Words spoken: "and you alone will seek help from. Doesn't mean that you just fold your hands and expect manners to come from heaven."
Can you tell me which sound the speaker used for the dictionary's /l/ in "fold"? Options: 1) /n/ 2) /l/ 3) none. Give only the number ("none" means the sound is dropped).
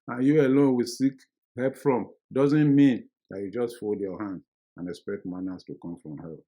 2